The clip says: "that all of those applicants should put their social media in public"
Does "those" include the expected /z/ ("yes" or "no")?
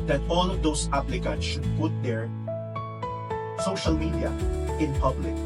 no